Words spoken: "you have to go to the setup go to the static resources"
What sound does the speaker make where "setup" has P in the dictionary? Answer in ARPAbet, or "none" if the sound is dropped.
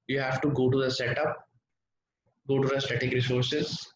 P